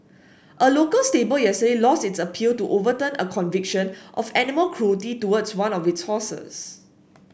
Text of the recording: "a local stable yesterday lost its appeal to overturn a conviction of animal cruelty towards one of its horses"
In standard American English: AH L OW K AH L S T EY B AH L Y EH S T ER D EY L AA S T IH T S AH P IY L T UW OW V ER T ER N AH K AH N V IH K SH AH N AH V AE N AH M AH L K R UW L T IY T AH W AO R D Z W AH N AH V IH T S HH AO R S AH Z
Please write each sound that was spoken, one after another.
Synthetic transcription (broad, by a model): AH L OW K AH L S T EY B AH L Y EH S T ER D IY L AA S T IH T S AH P IY L T UW OW V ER T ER N AH K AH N V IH K SH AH N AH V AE N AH M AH L K R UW T IY T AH W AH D S W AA N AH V IH T S HH AO S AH S